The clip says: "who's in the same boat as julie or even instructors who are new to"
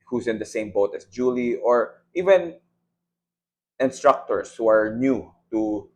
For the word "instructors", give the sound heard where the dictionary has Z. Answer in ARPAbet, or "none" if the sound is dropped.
S